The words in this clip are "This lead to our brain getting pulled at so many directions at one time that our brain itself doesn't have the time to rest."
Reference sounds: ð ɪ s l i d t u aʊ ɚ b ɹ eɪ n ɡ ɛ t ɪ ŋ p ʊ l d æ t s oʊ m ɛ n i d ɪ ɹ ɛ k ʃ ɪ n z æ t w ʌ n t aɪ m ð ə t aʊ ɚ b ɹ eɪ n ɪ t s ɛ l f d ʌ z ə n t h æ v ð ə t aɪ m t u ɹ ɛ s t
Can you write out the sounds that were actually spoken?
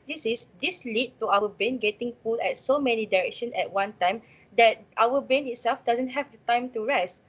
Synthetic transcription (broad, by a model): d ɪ s l i d t u aʊ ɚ b eɪ n ɡ ɛ t ɪ ŋ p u l ɛ t s oʊ m ɛ n i d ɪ ɹ ɛ k ʃ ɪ n s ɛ t w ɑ n t aɪ m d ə t aʊ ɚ b eɪ n ɪ t s ɛ l f d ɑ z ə n t h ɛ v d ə t aɪ m t u ɹ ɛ s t